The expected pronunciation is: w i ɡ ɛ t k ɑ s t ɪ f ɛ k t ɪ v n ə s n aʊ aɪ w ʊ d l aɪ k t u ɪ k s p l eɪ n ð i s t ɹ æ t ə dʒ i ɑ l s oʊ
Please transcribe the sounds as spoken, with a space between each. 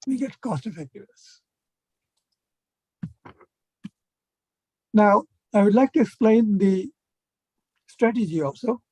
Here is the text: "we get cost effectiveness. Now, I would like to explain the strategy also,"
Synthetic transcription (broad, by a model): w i ɡ ɛ t k ɑ s t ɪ f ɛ k t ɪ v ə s n aʊ aɪ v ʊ d l aɪ k t u ɪ k s p l eɪ n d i s t ɹ æ t ə dʒ i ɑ l s oʊ